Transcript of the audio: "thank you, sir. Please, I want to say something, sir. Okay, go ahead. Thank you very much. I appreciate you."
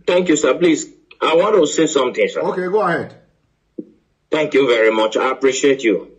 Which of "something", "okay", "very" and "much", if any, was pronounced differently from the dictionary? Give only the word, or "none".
something